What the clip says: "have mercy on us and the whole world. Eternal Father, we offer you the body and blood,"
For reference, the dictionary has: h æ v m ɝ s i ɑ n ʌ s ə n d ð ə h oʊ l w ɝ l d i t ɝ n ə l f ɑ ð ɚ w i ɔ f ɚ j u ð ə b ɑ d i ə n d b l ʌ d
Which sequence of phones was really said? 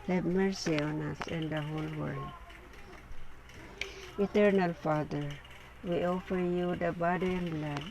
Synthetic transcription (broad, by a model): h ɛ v m ɝ s i ɑ n ʌ s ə n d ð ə h oʊ l w ɝ l d i t ɝ n ə l f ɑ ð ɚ w i ɔ f ɚ j u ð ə b ɑ d i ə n b l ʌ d